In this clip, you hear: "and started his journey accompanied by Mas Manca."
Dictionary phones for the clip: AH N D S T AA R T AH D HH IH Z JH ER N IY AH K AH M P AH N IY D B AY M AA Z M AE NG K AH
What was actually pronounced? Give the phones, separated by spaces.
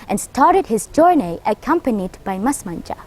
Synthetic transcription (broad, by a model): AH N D S T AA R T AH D HH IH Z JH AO N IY AH K AH M P AH N IY D B AY M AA S M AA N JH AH